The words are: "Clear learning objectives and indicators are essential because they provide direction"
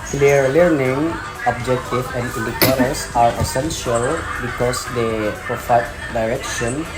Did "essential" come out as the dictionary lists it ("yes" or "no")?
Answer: yes